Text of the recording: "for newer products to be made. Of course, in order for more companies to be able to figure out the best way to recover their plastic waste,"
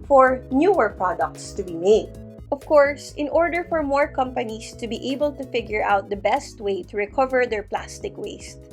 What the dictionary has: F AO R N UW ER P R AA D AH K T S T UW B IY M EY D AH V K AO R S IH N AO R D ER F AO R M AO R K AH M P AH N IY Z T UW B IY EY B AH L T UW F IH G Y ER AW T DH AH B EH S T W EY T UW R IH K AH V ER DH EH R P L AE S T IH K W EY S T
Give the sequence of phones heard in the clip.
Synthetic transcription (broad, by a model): F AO R N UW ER P R AA D AH K T S T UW B IY M EY D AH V K AO R S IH N AO R D ER F AO R M AO R K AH M P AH N IY S T UW B IY EY B AH L T UW F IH G Y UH AW T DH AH B EH S T W EY T UW R IH K AH V ER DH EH R P L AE S T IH K W EY S T